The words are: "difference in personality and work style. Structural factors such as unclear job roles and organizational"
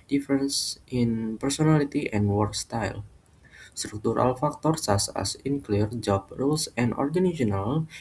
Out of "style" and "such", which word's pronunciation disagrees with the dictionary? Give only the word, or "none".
such